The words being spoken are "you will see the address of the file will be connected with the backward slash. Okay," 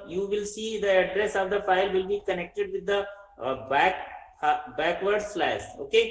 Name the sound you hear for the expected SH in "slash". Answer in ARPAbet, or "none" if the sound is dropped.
S